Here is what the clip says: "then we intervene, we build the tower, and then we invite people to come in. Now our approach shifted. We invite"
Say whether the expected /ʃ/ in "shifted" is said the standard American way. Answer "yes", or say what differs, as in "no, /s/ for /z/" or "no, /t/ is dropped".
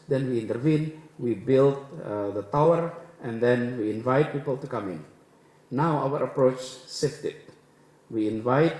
no, /s/ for /ʃ/